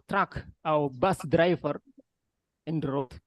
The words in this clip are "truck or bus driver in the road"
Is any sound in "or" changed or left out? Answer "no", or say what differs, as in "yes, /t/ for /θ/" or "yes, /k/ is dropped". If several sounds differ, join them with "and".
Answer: yes, /w/ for /ɹ/